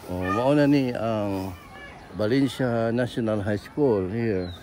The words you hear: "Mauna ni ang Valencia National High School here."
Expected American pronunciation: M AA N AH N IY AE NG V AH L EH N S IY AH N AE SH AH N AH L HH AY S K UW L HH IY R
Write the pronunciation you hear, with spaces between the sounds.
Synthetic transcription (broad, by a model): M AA N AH N IY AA NG B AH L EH N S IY N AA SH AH N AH L HH AY S K UW L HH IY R